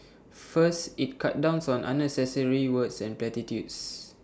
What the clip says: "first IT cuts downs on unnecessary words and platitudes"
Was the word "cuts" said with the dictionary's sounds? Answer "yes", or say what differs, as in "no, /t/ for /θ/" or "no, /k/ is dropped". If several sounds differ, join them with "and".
no, /s/ is dropped